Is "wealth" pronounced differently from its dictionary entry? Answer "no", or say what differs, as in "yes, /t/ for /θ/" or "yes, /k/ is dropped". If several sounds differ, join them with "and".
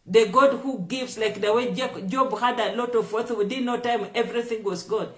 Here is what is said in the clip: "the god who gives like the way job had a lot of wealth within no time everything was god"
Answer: yes, /l/ is dropped